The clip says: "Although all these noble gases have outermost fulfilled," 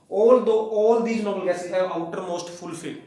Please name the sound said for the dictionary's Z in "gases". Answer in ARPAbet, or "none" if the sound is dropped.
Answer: none